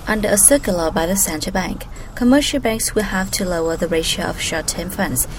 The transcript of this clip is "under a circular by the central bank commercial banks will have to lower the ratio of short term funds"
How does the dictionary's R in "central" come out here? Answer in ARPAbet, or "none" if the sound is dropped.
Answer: none